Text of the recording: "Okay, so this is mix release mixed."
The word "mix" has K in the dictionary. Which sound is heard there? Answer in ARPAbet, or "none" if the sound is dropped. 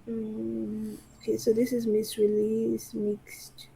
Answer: none